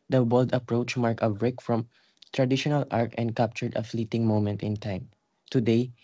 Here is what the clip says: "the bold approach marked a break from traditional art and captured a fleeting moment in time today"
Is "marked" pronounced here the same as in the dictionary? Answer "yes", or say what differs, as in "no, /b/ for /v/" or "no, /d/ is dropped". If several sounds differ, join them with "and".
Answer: no, /t/ is dropped